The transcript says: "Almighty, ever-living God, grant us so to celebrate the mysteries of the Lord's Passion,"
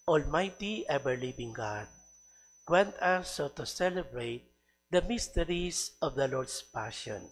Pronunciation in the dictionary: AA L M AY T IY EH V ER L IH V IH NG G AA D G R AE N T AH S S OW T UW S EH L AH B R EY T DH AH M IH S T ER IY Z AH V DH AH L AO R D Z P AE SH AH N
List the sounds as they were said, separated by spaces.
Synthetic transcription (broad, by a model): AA L M AY T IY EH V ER L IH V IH NG G AA D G W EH N T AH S S OW T UW S EH L AH B R EY T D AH M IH S T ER IY S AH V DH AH L AO R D S P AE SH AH N